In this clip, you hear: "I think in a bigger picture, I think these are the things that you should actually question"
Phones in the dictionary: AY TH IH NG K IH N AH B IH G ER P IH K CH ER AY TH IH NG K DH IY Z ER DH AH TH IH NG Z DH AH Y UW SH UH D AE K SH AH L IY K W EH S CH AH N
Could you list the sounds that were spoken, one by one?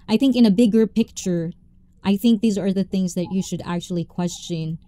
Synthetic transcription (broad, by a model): AY TH IH NG K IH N AH B IH G ER P IH K CH ER AY TH IH NG K DH IY Z ER DH AH TH IH NG Z DH AH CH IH SH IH D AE K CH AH L IY K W EH S CH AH N